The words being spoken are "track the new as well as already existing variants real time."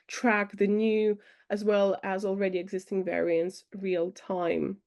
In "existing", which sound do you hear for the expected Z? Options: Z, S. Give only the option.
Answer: Z